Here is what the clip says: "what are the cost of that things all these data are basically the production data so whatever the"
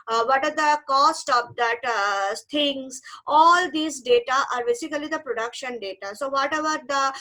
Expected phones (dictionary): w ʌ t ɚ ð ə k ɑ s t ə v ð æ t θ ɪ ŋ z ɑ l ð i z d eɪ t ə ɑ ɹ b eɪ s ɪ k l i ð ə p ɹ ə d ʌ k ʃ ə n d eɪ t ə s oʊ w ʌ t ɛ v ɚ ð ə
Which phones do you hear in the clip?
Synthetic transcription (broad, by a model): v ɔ t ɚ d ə k ɑ s t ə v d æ t t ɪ ŋ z ɑ l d i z d eɪ t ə ɑ ɹ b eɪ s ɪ k l i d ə p ɹ ə d ʌ k ʃ ə n d eɪ t ə s oʊ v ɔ t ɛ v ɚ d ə